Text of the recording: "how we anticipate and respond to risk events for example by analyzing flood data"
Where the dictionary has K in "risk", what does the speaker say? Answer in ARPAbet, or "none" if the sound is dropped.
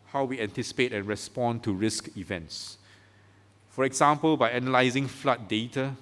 K